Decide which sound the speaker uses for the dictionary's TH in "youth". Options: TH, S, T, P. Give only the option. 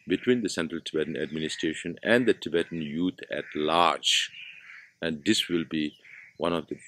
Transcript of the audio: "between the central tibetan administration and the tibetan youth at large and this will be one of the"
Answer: T